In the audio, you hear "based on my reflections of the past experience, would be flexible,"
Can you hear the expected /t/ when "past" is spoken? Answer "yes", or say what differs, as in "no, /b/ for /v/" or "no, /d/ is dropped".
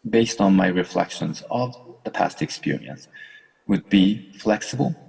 yes